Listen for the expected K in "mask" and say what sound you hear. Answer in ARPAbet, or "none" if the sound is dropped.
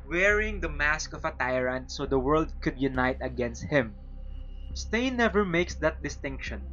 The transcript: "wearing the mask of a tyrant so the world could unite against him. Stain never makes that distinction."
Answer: K